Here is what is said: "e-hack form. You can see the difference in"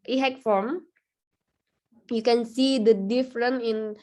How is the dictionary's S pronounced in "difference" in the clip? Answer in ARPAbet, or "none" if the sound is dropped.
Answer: none